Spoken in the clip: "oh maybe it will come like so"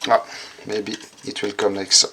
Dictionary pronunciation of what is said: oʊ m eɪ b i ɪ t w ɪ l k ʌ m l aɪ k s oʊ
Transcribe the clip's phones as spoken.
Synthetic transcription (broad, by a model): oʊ m eɪ b i ɪ t w ɪ l k ʌ m n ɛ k s